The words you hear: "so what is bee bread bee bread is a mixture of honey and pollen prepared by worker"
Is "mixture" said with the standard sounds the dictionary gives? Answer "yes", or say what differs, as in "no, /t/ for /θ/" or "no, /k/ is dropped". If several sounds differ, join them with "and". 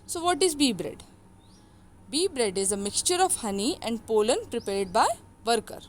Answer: yes